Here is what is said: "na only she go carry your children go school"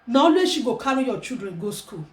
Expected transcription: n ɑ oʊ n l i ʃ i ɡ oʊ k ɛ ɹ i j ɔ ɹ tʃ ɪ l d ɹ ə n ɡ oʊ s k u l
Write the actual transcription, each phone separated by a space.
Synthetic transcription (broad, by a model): n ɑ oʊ l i ʃ i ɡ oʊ k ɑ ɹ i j ɔ tʃ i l d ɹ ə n ɡ oʊ s k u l